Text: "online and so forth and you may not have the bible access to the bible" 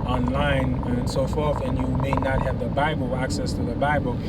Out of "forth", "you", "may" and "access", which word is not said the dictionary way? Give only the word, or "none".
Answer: none